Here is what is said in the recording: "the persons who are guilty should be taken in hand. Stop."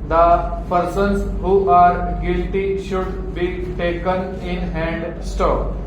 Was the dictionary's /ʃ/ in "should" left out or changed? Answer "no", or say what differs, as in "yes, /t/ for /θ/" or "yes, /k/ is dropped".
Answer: no